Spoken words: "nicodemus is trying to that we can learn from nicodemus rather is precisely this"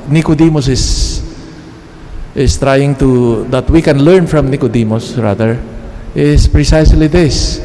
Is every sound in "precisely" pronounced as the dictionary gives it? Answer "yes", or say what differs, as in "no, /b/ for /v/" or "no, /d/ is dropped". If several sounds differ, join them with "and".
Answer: yes